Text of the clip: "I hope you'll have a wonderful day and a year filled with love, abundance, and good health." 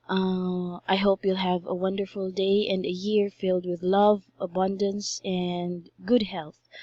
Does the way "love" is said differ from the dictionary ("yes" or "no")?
no